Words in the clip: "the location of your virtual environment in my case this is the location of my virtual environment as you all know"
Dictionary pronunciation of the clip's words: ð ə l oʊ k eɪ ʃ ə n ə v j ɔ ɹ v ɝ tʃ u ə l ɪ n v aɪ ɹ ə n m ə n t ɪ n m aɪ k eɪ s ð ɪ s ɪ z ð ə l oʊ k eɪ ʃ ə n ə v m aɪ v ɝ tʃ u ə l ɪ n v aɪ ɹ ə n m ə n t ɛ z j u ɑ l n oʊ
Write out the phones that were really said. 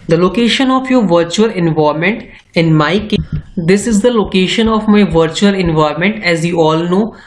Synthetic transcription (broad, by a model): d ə l oʊ k eɪ ʃ ə n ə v j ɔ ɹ v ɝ tʃ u ə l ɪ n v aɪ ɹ m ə n t ɪ n m aɪ k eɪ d ɪ s ɪ z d ə l oʊ k eɪ ʃ ə n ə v m aɪ v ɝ tʃ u ə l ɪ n v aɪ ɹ m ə n t ɛ z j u ɑ l n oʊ